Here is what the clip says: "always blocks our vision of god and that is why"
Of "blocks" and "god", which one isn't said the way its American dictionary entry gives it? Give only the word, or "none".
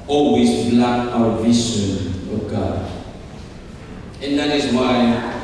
blocks